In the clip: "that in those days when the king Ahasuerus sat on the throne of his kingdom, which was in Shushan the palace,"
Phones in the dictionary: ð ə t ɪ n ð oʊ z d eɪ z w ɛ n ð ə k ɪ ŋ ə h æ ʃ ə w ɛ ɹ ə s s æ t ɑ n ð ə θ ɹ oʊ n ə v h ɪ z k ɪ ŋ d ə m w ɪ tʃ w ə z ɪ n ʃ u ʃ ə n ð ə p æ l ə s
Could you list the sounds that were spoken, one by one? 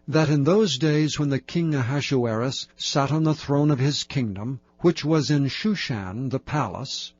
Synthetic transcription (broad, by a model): ð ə t ɪ n ð oʊ z d eɪ z w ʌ n ð ə k ɪ ŋ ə h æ ʃ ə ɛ ɹ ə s s æ t n ð ə θ ɹ oʊ n ə v ɪ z k ɪ ŋ d ə m w ɪ tʃ w ə z ɪ n ʃ u ʃ ə n ð ə p æ l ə s